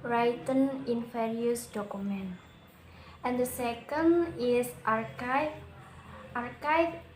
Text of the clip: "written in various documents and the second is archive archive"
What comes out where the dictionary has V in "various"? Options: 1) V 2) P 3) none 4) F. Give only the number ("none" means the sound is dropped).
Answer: 4